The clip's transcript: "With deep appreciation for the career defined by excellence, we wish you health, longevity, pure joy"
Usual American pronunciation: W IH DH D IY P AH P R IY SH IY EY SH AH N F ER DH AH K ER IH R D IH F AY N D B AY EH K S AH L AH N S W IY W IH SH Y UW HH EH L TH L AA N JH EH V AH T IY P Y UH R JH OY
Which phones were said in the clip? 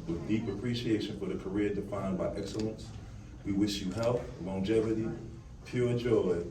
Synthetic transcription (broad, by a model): W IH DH D IY P AH P R IY SH IY EY SH AH N F ER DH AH K ER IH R D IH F AY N B AY EH K S AH L AH N S W IY W IH SH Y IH HH EH L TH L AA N JH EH V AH T IY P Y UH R JH OY